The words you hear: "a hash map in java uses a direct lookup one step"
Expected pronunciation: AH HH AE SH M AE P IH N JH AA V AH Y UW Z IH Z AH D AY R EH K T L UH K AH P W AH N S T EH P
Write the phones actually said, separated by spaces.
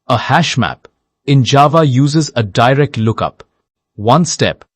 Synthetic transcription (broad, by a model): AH HH AE SH M AE P IH N JH AA V AH Y UW Z IH Z AH D AY R EH K T L UH K AH P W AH N S T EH P